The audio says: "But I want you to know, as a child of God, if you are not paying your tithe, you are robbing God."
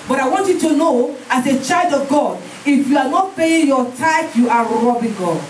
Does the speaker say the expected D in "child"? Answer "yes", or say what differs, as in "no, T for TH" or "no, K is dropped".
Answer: yes